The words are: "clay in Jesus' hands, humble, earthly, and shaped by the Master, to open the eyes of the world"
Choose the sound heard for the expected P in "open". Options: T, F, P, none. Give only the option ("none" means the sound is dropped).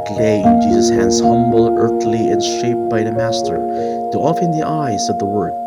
F